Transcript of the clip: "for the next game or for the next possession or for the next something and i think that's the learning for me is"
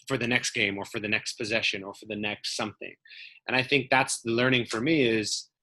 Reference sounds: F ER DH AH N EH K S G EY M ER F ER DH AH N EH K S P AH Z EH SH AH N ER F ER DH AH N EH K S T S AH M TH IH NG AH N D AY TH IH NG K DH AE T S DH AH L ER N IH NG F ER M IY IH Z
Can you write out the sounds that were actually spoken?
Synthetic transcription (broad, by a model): F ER DH AH N EH K S G EY M ER F ER DH AH N EH K S P AH Z EH SH AH N ER F ER DH AH N EH K S T S AH M TH IH NG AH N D AY TH IH NG K DH AE T S DH AH L ER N IH NG F ER M IY IH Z